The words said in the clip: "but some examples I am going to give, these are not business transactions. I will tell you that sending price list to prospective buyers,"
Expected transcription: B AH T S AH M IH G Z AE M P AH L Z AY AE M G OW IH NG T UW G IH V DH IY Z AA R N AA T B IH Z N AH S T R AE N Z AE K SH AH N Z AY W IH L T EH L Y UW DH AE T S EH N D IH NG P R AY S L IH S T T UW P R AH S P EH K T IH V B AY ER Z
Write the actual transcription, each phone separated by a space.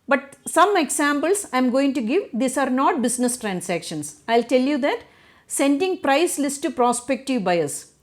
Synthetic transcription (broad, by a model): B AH T S AH M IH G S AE M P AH L S AY M G OW IH NG T UW G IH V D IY S AA R N AA T B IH S N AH S T R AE N S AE K SH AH N S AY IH L T EH L Y UW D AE T S EH N D IH NG P R AY S L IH S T T UW P R AH S P EH K T IH V B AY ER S